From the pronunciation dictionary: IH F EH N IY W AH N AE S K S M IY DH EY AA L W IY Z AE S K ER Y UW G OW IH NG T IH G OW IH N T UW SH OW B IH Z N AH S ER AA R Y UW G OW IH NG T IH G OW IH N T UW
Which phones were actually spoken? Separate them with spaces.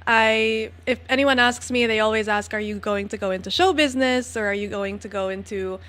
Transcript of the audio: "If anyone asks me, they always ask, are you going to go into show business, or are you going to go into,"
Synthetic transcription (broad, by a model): IH F EH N IY W AH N AE S K S M IY DH EY AA L W IY Z AE S K ER Y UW G OW IH NG T IH G OW IH N T UW SH OW B IH Z N AH S ER R Y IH G OW IH NG T IH G OW IH N T UW